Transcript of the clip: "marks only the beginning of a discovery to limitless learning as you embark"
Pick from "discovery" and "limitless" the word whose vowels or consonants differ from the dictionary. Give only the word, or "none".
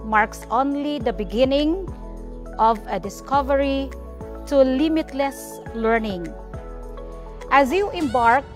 none